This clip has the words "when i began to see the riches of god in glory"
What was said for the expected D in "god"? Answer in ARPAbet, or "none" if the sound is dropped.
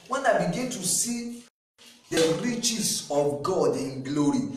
D